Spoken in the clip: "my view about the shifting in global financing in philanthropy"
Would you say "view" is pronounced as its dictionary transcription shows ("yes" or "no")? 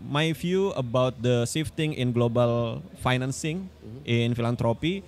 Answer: no